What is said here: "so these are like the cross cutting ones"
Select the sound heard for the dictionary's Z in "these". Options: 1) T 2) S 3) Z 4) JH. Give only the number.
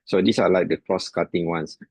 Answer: 2